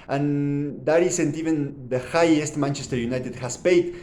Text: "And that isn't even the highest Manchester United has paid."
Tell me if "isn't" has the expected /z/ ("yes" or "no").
no